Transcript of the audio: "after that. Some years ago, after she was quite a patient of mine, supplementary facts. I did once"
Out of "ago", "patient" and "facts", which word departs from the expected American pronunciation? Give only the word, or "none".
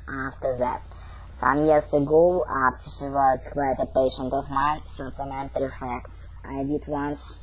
none